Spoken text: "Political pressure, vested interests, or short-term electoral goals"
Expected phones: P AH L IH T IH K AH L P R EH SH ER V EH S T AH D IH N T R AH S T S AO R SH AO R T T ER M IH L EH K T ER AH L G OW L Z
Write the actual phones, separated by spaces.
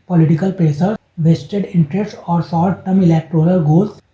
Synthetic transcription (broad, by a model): P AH L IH T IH K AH L P R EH S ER V EH S T AH D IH N T R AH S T AO R S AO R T T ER M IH L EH K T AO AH L G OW L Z